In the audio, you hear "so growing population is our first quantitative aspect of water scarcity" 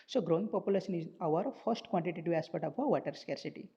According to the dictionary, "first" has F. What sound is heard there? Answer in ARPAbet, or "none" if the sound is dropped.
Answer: F